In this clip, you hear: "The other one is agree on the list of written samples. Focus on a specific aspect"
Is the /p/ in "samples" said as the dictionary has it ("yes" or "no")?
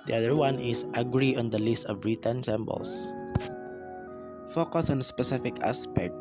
no